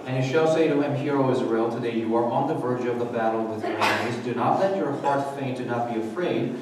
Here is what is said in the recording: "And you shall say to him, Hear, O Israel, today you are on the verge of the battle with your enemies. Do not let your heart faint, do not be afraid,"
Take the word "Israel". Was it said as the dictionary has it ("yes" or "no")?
yes